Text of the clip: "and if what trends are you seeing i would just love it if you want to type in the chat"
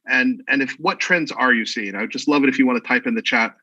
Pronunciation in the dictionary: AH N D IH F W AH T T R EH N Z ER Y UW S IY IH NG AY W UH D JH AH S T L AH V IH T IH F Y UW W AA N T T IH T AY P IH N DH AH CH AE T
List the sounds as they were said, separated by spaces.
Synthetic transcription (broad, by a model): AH N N IH F W AH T T R EH N Z ER Y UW S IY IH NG AY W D JH AH S T L AH V IH T IH F Y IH W AA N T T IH T AY P IH N DH AH CH AE T